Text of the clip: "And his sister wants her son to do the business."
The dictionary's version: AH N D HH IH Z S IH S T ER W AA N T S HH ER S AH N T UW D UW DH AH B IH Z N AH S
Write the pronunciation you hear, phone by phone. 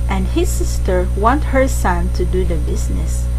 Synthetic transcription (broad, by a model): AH N D HH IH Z S IH S T ER W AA N T HH ER S AH N T UW D UW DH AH B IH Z N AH S